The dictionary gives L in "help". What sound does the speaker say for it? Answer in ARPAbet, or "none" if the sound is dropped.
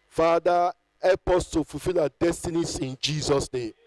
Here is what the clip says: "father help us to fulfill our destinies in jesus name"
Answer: none